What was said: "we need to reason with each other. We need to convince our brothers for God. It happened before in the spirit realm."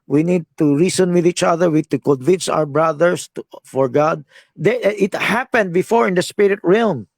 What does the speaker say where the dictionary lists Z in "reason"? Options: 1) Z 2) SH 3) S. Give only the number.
3